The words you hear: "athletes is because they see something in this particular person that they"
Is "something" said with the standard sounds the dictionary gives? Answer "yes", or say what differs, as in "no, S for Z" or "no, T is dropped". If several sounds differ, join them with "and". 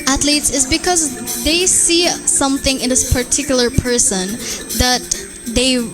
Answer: yes